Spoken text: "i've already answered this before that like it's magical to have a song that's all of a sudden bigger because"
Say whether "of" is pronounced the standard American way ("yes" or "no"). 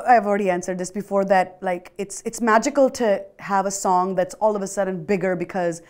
yes